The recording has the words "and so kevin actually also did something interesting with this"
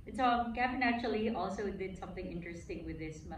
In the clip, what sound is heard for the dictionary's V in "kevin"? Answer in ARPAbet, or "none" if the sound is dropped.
F